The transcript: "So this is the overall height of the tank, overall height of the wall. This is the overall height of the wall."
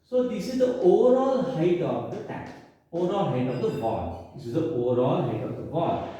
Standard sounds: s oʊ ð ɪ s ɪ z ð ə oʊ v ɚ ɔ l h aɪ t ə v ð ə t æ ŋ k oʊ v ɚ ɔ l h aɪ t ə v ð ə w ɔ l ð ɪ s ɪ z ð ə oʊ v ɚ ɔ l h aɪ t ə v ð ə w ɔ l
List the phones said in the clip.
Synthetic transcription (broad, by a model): s oʊ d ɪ s ɪ z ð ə oʊ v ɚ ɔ l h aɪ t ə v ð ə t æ k oʊ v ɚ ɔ l h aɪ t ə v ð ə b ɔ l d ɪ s ɪ z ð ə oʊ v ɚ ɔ l h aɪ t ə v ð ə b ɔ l